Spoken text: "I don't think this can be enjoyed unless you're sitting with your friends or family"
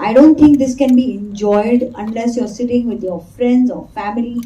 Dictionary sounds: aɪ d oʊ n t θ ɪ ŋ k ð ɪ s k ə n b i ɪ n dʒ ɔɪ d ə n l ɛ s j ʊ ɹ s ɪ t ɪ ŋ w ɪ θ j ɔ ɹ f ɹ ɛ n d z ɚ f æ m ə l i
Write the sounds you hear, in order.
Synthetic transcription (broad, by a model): aɪ d oʊ n t t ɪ ŋ k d ɪ s k ə n b i ɪ n dʒ ɔɪ d ə n l ɛ s j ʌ ɹ s ɪ t ɪ ŋ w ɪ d j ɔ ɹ f ɹ ɛ n d z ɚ f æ m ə l i